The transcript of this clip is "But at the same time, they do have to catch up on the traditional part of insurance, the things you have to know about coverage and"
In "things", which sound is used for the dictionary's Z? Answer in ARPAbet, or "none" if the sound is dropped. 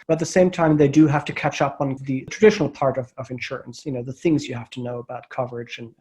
Z